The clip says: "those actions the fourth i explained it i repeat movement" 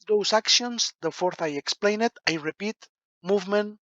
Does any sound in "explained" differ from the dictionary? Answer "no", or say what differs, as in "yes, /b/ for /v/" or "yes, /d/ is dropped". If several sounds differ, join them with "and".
yes, /d/ is dropped